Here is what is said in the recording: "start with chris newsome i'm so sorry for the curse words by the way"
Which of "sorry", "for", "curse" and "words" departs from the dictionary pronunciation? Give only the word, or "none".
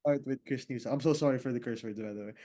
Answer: words